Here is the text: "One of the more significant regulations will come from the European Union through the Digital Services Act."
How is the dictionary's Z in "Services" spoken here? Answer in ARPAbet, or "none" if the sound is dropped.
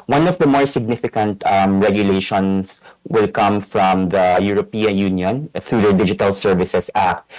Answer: S